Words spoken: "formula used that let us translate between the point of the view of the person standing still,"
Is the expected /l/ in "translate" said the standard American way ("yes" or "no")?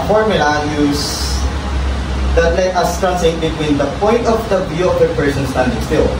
no